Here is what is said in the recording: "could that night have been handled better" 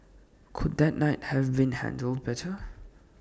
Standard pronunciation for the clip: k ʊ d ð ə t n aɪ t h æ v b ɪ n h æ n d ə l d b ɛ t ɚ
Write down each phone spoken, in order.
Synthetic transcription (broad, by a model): k ʊ d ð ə t n aɪ t h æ v b ɪ n h æ n d ə l d b ɛ t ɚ